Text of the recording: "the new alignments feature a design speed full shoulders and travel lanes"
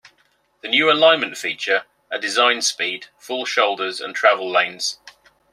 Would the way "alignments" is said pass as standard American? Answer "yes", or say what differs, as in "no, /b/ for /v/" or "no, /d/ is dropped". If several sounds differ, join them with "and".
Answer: no, /s/ is dropped